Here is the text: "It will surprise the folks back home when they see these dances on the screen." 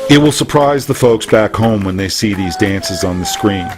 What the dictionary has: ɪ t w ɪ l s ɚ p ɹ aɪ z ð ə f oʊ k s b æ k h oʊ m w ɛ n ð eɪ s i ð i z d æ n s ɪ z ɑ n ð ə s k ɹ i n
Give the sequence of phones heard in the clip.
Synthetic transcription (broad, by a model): ɪ t w ɪ l s ɚ p ɹ aɪ z ð ə f oʊ k s b æ k h oʊ m w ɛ n ð eɪ s i ð i z d æ n s ɪ z n ð ə s k ɹ i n